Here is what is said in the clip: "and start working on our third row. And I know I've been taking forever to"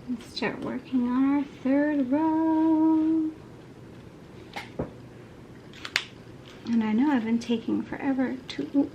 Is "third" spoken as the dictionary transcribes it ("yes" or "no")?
yes